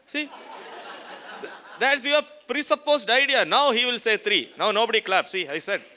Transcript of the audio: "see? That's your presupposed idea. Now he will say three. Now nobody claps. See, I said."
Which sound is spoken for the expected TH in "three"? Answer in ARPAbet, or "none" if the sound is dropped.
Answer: T